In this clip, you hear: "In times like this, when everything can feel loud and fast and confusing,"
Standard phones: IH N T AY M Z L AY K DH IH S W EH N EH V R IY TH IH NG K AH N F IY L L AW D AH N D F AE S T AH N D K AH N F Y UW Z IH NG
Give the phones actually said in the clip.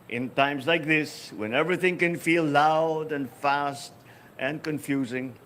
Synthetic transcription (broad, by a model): IH N T AY M Z L AY K DH IH S W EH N EH V R IY TH IH NG K AH N F IY L L AW D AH N F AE S T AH N K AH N F Y UW Z IH NG